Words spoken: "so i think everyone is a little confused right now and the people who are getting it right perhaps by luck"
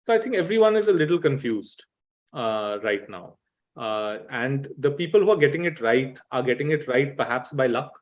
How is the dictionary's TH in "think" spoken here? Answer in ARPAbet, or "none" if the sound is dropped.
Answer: T